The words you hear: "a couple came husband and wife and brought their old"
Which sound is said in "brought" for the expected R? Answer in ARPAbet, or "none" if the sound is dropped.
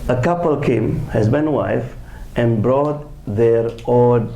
R